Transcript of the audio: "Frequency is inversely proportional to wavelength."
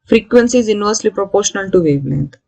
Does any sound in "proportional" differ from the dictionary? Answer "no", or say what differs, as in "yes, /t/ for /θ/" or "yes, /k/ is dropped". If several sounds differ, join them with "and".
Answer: no